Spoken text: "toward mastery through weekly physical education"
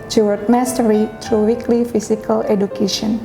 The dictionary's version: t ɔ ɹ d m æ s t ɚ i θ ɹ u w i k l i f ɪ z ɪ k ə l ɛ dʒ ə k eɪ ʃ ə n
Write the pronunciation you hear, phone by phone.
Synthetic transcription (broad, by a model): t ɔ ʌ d m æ s t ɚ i t ɹ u w i k l i f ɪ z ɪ k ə l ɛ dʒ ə k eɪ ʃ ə n